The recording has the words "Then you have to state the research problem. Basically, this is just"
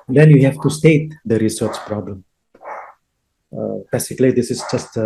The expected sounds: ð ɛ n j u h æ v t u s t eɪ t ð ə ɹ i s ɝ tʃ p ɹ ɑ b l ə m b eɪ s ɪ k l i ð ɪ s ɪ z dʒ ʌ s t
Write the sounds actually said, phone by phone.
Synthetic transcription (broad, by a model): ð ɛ n j u h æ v t u s t eɪ t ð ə ɹ i s ɝ tʃ p ɹ ɑ b l ə m b eɪ s ɪ k l i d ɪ s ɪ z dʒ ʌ s t